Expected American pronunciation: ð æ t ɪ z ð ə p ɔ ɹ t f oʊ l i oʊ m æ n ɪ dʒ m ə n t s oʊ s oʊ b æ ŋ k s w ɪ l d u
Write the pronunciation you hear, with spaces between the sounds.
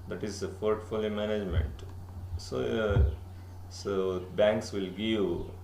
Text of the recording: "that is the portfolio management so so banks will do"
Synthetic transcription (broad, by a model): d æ t ɪ z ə f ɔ ɹ t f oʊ l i m æ n ɪ dʒ m ə n t s oʊ s oʊ b æ ŋ k s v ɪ l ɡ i